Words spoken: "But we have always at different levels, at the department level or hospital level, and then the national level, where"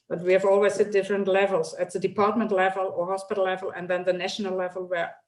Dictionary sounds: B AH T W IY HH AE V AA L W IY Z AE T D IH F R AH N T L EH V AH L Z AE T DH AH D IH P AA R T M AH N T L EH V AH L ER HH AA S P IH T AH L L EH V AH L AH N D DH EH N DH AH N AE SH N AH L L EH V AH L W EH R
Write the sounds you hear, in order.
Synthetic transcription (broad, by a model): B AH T W IY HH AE V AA L W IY S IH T D IH F R AH N T L EH V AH L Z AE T DH AH D IH P AA R T M AH N T L EH V AH L ER HH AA S P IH T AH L L EH V AH L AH N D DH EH N DH AH N AE SH N AH L L EH V AH L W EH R